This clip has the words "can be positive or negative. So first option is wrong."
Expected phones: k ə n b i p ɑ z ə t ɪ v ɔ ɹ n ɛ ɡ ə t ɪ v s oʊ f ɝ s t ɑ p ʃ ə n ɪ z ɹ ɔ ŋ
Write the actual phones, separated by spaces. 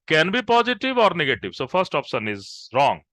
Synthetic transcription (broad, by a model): k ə n b i p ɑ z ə t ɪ v ɔ ɹ n ɛ ɡ ə t ɪ v s oʊ f ɝ s t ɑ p s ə n ɪ z ɹ ɔ ŋ